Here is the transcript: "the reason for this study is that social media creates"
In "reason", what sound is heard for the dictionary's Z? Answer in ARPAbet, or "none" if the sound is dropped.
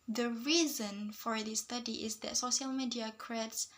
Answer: Z